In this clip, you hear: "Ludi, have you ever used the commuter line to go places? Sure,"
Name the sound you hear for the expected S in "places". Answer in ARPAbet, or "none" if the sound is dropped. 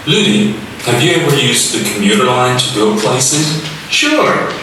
S